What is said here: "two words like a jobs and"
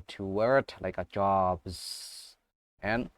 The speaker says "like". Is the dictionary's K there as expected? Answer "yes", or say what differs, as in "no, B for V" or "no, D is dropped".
yes